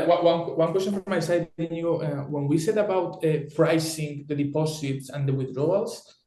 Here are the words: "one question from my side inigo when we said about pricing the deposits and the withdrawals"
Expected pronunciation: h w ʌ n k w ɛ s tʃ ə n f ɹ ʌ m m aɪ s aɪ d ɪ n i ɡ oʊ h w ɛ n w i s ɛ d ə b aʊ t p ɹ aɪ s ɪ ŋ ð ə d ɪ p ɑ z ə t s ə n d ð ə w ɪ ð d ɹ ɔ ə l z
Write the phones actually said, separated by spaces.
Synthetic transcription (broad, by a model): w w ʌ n k w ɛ s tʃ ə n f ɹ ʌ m m aɪ s aɪ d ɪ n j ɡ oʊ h w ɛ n w i s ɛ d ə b aʊ t f ɹ aɪ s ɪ ŋ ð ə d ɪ p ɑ s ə t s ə n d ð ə w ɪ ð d ɹ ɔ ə l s